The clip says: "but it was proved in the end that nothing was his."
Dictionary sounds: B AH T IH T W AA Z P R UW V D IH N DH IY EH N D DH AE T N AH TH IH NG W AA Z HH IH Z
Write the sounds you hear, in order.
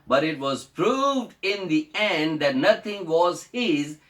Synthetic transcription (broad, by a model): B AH T IH T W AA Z P R UW V D IH N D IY EH N D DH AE T N AH T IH NG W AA Z HH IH Z